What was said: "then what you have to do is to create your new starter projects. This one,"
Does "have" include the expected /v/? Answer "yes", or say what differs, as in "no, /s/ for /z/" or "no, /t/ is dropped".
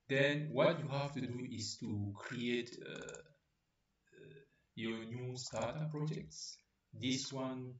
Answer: no, /f/ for /v/